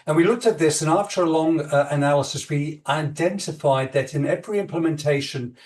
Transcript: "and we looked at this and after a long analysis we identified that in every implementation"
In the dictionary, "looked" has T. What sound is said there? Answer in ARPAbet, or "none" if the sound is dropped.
T